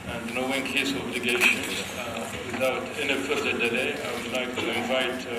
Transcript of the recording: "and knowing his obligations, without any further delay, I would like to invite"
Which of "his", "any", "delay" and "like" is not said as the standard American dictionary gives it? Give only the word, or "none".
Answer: his